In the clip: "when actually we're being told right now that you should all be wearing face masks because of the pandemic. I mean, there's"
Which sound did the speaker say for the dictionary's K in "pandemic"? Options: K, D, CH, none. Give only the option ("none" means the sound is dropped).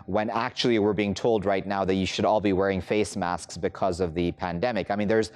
K